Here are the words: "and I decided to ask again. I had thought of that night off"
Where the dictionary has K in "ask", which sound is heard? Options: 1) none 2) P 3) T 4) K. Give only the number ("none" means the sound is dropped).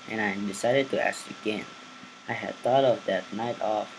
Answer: 1